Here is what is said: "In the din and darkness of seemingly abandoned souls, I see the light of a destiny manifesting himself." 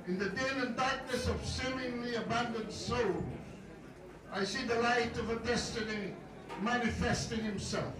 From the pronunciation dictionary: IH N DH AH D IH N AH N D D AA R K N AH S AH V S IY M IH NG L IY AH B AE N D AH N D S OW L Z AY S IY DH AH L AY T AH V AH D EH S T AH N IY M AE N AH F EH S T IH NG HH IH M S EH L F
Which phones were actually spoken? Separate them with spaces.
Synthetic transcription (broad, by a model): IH N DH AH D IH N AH N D D AA R K N AH S AH V S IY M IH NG L IY AH B AE N D AH N D S OW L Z AY S IY DH AH L AY T AH V AH D EH S T AH N IY M AE N AH F EH S T IH NG HH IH M S EH L F